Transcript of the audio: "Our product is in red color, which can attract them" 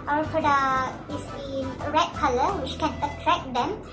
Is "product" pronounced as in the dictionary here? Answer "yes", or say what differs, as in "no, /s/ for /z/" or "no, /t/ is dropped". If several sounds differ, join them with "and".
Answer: no, /t/ is dropped